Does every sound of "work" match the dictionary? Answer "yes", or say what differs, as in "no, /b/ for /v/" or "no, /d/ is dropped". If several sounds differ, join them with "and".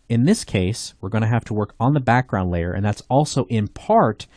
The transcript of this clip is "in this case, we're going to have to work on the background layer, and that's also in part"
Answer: yes